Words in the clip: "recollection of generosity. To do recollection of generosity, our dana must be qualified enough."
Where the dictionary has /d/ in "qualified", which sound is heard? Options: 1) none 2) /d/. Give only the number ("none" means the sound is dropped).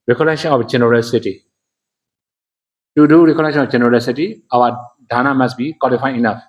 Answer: 1